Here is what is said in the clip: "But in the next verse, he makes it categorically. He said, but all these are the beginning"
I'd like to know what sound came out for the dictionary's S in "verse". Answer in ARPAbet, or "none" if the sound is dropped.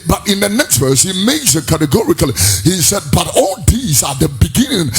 S